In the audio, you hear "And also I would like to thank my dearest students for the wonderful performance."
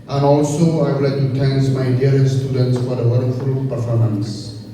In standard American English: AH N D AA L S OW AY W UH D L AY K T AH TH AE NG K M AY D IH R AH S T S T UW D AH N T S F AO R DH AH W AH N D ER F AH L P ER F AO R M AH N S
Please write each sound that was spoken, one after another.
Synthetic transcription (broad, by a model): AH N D AA L S OW AY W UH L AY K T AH T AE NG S M AY D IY AH T S T UW D AH N T S F AO R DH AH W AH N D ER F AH L P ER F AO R M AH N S